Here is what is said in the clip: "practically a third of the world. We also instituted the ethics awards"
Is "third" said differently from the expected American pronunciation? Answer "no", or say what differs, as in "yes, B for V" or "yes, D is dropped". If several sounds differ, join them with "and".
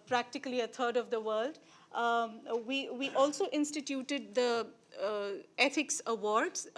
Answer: yes, T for TH